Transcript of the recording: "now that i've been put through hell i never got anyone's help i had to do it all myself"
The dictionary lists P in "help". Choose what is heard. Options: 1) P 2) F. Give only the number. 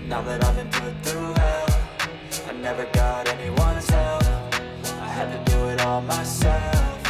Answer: 2